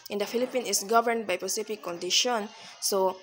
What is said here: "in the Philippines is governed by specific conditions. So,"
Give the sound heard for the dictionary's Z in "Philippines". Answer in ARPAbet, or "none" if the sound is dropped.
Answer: none